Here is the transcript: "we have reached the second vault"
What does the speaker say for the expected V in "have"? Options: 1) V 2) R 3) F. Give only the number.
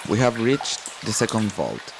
1